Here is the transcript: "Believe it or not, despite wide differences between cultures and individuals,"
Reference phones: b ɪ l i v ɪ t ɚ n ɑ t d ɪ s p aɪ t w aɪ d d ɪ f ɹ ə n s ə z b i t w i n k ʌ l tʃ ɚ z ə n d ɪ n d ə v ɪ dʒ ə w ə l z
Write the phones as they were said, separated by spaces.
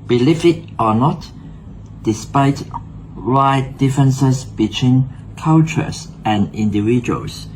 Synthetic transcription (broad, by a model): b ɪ l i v ɪ t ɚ n ɑ t d ɪ s p aɪ t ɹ aɪ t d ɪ f ɹ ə n s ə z b i t w i n k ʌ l tʃ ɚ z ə n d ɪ n d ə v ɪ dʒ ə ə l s